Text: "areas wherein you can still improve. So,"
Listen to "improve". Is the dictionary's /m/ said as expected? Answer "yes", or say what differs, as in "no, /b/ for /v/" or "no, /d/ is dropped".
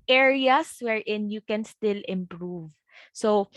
yes